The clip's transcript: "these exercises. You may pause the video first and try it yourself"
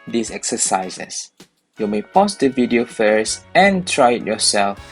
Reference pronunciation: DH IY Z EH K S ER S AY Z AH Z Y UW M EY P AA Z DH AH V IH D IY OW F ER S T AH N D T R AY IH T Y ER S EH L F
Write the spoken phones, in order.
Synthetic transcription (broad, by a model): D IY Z EH K S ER S AY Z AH S Y UW M EY P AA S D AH V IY D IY OW F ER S AH N T R AY IH T Y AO S EH L F